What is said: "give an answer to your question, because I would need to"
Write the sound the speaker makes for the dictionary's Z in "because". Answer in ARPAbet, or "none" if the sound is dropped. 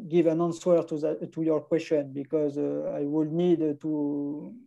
Z